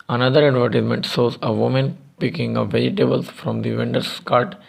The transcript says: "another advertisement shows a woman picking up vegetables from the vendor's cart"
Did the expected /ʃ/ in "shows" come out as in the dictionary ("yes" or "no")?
no